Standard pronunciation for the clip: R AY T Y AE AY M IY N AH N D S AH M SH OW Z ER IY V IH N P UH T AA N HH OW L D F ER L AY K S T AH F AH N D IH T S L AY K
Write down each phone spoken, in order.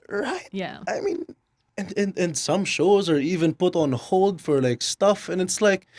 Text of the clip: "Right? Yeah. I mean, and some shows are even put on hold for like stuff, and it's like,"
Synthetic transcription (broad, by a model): R AY T Y AE AY M IY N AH N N S AH M SH OW Z ER IY V IH N P UH T N HH OW L D F ER L AY K S T AH F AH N IH T S L AY K